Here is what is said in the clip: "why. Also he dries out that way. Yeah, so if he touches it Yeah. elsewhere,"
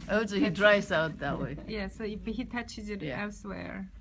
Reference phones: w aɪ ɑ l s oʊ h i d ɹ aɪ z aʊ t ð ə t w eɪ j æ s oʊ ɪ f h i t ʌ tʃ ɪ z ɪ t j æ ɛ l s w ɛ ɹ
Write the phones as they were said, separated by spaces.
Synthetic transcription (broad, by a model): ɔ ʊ s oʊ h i d ɹ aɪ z aʊ t ð ə t w eɪ j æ s oʊ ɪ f h i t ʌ tʃ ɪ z ɪ t j æ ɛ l s w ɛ ɹ